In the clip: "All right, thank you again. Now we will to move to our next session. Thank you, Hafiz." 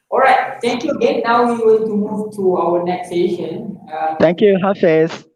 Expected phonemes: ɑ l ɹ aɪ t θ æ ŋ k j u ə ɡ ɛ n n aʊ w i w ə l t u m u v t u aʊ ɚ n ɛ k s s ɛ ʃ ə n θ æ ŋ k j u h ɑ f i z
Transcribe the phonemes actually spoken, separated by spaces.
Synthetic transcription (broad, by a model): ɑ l ɹ aɪ t t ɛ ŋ k j u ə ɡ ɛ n n aʊ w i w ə n t u m u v t u aʊ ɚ n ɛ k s s ɛ ʃ ə n t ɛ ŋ k j u h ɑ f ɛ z